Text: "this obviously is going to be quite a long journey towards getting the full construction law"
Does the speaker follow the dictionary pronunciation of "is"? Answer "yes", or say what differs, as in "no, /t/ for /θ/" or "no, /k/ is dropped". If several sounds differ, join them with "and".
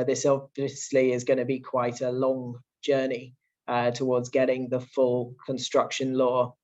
yes